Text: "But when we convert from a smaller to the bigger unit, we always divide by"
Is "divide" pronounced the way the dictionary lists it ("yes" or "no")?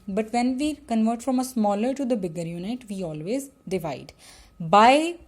yes